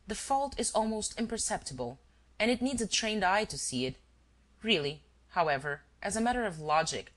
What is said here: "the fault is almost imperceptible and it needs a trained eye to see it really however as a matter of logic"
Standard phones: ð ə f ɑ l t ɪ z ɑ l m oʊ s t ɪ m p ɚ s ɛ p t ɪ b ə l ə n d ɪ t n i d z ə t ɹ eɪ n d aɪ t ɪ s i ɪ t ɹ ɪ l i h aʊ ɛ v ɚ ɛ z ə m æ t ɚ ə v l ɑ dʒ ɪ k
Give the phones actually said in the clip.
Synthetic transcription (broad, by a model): ð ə f ɑ l t ɪ z ɑ l m oʊ s t ɪ m p ɚ s ɛ p t ɪ b ə l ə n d ɪ t n i d z ə t ɹ eɪ n d aɪ t ɪ s i ɪ t ɹ ɪ l i h aʊ ɛ v ɚ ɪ z ə m æ t ɚ ə v l ɑ dʒ ɪ k